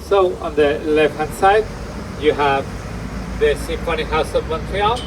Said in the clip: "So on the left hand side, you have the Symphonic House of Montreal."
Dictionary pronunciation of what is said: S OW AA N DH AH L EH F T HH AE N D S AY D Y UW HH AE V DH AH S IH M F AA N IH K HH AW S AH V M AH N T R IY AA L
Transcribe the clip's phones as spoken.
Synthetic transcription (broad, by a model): S OW AA N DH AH L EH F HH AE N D S AY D Y UW HH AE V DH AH S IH F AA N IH HH AW S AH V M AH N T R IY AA